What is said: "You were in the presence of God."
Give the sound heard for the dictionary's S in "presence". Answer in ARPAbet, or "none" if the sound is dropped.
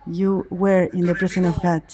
none